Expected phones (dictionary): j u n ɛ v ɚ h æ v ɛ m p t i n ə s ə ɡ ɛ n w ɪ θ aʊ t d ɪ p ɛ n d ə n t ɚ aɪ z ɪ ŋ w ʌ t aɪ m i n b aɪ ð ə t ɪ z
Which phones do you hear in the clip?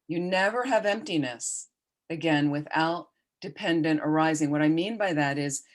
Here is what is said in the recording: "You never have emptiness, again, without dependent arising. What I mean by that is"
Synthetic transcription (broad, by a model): j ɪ n ɛ v ɚ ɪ v ɛ m p t i n ə s ə ɡ ɛ n w ɪ θ aʊ t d ɪ p ɛ n d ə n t ɚ aɪ z ɪ ŋ w ʌ t aɪ m i n b aɪ ð ə t ɪ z